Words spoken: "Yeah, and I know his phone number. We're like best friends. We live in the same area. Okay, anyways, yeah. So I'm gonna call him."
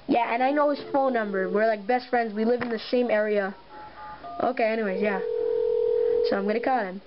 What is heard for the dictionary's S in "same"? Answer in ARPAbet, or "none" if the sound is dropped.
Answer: SH